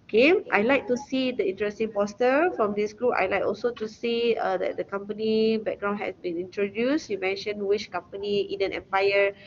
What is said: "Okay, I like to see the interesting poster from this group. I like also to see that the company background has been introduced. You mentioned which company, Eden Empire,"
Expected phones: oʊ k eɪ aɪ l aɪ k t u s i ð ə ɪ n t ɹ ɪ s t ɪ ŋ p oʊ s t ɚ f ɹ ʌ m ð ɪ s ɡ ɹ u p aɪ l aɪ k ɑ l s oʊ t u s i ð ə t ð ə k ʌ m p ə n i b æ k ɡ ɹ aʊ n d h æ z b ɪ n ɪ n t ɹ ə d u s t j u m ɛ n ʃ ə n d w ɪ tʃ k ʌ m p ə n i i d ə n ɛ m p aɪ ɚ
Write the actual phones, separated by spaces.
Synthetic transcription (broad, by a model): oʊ k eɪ aɪ l aɪ k t u s i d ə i n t ɹ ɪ s t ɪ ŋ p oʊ s t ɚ f ɹ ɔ m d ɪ s ɡ ɹ u p aɪ l aɪ k ɑ l s oʊ t u s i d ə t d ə k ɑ m p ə n i b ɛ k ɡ ɹ aʊ n h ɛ s b ɪ n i n t ɹ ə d u s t j u m ɛ n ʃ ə n w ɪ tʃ k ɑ m p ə n i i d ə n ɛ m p aɪ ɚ